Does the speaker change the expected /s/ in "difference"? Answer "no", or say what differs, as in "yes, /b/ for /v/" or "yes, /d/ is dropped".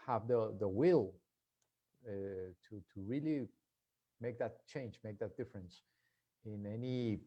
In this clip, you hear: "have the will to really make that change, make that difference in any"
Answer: no